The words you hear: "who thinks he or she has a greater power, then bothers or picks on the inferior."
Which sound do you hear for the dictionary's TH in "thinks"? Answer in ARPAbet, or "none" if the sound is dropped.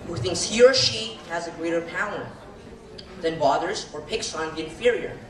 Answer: TH